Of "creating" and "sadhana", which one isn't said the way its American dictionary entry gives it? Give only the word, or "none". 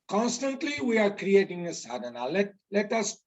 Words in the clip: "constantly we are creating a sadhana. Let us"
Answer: sadhana